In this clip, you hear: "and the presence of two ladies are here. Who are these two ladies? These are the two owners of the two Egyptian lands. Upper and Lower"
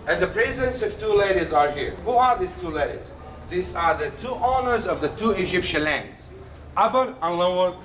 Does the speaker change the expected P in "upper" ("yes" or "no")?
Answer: yes